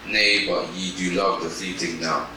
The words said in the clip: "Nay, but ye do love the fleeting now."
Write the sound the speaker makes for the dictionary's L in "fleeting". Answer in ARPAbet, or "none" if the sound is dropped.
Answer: none